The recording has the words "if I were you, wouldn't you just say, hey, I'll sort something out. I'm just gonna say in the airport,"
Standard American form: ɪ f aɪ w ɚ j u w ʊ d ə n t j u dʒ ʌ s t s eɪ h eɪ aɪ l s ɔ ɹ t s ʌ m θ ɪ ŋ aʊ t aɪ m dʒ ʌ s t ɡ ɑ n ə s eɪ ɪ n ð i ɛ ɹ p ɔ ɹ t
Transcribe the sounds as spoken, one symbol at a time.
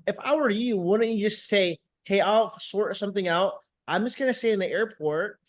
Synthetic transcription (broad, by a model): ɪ f aɪ w ɚ j u w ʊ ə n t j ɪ dʒ ʌ s t s eɪ h eɪ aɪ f s ɔ ɹ t s ʌ m θ ɪ ŋ aʊ t aɪ m dʒ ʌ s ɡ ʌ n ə s eɪ ɪ n ð i ɛ ɹ p ɔ ɹ t